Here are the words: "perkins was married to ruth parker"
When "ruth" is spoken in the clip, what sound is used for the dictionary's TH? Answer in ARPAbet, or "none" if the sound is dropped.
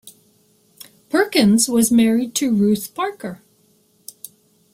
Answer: TH